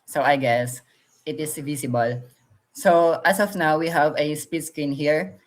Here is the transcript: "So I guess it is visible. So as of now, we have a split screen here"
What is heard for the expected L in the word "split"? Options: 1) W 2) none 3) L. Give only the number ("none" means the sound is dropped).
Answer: 2